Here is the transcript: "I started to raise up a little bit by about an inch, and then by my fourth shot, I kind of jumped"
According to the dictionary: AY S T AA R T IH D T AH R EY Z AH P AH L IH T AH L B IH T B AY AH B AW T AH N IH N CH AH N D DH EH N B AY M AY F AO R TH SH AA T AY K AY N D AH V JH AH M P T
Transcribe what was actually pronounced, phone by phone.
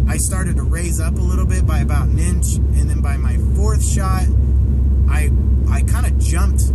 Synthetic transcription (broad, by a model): AY S T AA R T IH D T AH R EY Z AH P AH L IH T L B IH T B AY AH B AW T N IH N CH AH N DH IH N B AY M AY F AO R TH SH AA T AY K AY N D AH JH AH M P T